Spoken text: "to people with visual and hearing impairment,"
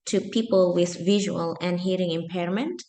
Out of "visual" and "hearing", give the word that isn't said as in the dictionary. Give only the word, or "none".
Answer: none